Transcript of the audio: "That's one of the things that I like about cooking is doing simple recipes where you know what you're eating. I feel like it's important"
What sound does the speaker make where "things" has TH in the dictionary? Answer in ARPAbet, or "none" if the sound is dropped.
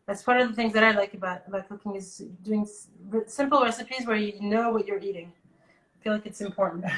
TH